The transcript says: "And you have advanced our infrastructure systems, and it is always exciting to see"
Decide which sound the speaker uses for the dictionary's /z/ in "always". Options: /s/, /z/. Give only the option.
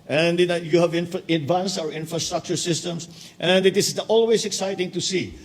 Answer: /s/